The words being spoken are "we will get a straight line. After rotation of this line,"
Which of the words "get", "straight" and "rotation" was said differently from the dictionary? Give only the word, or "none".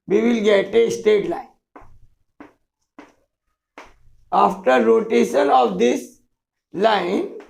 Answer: straight